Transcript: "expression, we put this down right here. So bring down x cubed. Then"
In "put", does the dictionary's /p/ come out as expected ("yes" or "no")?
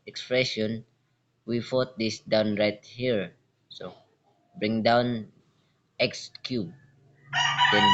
no